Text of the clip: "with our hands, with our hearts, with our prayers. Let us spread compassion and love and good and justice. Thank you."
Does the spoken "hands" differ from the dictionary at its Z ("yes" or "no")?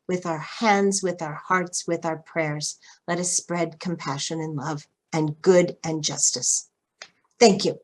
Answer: no